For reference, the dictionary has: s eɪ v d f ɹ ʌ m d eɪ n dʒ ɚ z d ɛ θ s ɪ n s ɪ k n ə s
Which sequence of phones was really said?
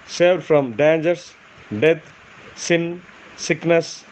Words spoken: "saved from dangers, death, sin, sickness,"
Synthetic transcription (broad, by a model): s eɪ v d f ɹ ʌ m d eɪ n dʒ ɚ s d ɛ t s ɪ n s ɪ k n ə s